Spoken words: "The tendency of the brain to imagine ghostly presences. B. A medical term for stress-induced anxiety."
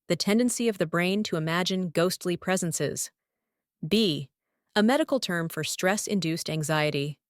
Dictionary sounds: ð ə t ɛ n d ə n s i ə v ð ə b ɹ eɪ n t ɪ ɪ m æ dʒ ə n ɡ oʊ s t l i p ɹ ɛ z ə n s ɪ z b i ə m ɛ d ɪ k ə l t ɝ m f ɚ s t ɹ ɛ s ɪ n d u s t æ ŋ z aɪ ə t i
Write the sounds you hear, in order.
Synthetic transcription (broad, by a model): ð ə t ɛ n d ə n s i ə v ð ə b ɹ eɪ n t ɪ ɪ m æ dʒ ə n ɡ oʊ s t l i p ɹ ɛ z ə n s ɪ z b i ə m ɛ d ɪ k l t ɝ m f ɚ s t ɹ ɛ s ɪ n d u s t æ ŋ z aɪ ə t i